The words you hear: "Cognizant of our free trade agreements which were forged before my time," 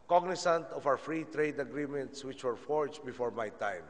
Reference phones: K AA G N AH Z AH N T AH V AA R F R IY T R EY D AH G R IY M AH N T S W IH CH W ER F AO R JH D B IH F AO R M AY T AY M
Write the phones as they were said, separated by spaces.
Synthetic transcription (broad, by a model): K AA G N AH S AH N T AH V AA W F R IY T R EY D AH G R IY M AH N T S W IH CH W ER F AO R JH B IH F AO R M AY T AY M